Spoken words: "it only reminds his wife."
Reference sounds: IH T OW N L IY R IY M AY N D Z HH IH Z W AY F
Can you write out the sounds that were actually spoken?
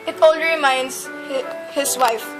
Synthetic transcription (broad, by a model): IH T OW L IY R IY M AY N D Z HH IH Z W AY F